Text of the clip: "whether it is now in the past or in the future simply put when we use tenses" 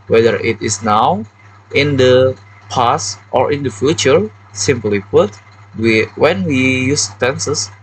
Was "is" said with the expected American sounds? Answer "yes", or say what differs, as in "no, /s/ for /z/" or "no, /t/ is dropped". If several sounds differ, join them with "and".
no, /s/ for /z/